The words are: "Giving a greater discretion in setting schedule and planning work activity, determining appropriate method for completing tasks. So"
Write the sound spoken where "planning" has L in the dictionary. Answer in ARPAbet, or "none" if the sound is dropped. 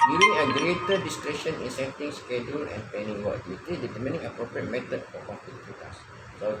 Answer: none